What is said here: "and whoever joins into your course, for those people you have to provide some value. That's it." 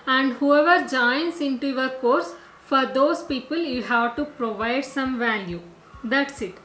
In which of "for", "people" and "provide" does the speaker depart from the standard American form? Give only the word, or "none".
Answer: none